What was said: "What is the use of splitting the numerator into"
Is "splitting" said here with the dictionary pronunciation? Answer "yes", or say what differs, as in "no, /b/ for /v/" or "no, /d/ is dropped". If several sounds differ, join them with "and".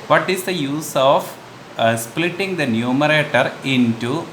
yes